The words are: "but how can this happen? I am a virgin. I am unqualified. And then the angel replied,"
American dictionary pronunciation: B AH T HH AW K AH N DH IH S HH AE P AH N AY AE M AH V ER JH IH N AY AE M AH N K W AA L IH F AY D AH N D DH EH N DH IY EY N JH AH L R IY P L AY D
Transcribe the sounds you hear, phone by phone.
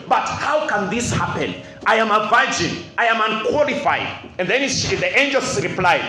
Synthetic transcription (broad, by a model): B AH T HH AW K AH N DH IH S HH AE P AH N AY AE M AH V ER JH IH N AY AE M AH N K W AA L IH F AY D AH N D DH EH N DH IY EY N JH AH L R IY P L AY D